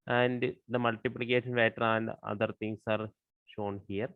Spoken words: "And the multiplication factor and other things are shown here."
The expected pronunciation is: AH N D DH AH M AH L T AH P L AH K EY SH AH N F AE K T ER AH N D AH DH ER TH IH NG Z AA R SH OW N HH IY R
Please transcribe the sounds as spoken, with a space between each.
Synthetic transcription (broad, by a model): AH N D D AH M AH L T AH P L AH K EY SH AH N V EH T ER AH N D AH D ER T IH NG S AA R SH OW N HH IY R